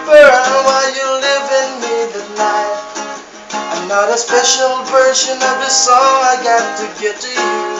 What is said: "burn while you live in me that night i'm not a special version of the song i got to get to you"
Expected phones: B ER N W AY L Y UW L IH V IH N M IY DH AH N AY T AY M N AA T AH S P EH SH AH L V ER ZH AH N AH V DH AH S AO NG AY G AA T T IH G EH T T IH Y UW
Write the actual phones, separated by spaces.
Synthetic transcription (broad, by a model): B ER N W AY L Y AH L IH V IH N M IY DH AH N AY T AY M N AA T AH S P EH SH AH L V ER SH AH N AH V DH AH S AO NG AY G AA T T IH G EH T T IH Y